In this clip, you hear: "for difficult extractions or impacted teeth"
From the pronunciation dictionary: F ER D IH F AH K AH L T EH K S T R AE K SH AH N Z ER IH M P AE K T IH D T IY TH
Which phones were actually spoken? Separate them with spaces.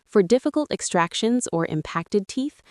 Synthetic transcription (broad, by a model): F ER D IH F AH K AH L T EH K S T R AE K SH AH N Z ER IH M P AE K T IH D T IY TH